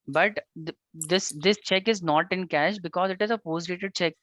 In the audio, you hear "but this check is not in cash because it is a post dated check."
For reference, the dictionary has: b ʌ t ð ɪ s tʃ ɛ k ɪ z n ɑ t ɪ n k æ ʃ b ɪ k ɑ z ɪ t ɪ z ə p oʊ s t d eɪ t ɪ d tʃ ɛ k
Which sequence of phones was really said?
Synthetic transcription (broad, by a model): b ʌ t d ɪ s tʃ ɛ k ɪ z n ɑ t ɪ n k æ ʃ b ɪ k ɑ z ɪ t ɪ z ə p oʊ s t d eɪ t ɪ d tʃ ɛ k